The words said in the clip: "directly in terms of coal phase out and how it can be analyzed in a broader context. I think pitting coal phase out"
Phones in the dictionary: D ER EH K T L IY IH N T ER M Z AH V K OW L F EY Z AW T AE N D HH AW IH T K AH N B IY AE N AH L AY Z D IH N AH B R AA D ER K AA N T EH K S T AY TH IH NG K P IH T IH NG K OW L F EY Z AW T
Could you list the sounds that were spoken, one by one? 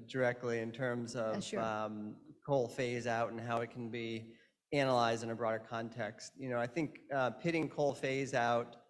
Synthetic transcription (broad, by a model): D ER EH K T L IY IH N T ER M Z AH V K OW L F EY Z AW T N HH AW IH T K N B IY AE N AH L AY Z D IH N AH B R AA D ER K AA N T EH K S T AY TH IH NG K P IH T IH NG K OW L F EY Z AW T